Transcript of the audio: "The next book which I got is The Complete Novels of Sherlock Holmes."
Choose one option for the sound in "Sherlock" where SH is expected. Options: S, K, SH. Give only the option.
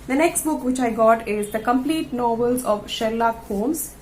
SH